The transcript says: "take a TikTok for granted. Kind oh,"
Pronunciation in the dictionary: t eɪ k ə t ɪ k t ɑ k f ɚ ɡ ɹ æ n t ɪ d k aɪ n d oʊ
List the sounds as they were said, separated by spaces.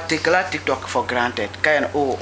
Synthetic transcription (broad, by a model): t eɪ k ə t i k t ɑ k f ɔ ɡ ɹ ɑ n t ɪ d k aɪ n oʊ